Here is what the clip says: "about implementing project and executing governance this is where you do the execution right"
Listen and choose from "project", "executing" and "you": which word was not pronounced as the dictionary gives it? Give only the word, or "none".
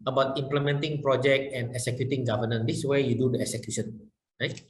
none